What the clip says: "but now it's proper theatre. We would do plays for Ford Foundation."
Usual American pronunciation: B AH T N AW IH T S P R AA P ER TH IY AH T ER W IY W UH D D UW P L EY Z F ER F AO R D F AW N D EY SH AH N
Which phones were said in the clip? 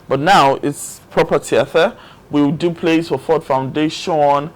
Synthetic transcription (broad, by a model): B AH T N AW IH T S P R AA P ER T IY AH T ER W IY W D D UW P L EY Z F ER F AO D F AW N D EY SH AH N